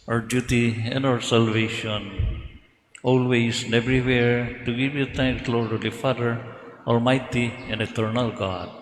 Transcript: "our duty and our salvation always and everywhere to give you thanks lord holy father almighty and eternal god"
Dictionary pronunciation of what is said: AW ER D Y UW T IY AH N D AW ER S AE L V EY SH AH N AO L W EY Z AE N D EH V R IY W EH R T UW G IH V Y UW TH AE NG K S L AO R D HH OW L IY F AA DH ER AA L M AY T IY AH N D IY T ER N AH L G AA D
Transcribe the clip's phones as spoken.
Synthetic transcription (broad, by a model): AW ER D Y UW T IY AH N D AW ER S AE L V EY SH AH N AO L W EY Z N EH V R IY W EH R T UW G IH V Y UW T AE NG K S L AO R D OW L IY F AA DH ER AA L M AY T IY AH N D IY T ER N AH L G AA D